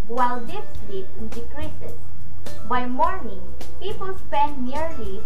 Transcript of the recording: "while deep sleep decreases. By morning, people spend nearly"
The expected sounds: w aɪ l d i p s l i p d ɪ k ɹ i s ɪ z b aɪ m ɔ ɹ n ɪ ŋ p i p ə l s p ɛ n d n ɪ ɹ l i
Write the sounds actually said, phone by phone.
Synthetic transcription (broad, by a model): w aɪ l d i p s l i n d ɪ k ɹ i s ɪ s b aɪ m ɔ ɹ n ɪ ŋ p i p ə l s p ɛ n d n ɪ ɹ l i